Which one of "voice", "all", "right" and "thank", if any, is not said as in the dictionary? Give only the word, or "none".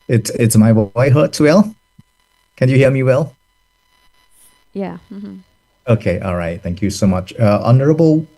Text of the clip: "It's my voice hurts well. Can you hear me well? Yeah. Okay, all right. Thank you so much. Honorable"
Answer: voice